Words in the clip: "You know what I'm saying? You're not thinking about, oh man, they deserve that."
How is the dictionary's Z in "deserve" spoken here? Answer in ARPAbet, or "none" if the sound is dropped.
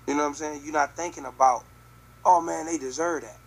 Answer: Z